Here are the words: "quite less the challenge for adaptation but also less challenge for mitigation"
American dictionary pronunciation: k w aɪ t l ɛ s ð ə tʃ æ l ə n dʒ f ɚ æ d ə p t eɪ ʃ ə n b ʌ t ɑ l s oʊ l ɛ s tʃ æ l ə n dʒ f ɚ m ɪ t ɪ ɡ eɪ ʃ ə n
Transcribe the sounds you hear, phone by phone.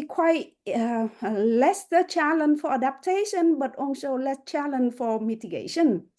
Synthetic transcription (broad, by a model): k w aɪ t l ɛ s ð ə tʃ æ l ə n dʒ f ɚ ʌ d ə p t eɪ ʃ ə n b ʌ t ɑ n s oʊ l ɛ s tʃ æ l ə n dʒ f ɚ m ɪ t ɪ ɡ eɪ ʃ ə n